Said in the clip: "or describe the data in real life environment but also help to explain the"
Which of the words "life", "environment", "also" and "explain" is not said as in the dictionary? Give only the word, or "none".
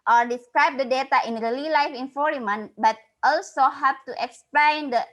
environment